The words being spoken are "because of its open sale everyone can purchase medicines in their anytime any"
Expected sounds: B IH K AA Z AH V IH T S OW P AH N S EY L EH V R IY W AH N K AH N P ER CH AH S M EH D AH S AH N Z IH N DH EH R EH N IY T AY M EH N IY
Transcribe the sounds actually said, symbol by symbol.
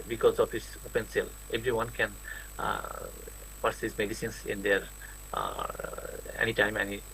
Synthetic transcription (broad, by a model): B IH K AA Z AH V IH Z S OW P AH N S EY L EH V R IY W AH N K AH N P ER S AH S M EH D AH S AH N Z IH N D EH R EH N IY T AY M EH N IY